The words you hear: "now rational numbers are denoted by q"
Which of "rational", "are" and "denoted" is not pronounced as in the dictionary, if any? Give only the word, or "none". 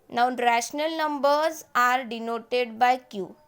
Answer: none